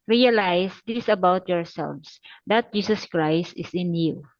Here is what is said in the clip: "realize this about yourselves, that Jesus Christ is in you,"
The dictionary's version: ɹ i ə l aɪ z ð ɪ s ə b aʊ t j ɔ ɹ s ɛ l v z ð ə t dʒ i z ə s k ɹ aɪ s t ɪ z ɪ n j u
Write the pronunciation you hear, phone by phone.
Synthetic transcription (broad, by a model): ɹ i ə l aɪ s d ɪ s ə b aʊ t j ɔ ɹ s ɛ l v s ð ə t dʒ i s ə s k ɹ aɪ s t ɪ s ɪ n j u